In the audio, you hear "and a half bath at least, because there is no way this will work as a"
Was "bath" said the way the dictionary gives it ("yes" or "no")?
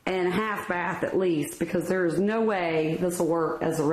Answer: yes